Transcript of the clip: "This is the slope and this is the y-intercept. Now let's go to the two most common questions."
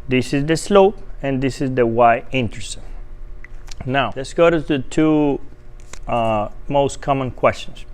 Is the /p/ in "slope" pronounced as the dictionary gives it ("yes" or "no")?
yes